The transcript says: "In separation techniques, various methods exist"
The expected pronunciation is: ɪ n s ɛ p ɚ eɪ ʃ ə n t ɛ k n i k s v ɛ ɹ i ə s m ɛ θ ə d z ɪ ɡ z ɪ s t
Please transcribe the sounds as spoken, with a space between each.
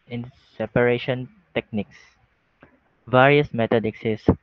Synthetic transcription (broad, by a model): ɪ n s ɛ p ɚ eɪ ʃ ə n t ɛ k n i k s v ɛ ɹ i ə s m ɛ t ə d ɪ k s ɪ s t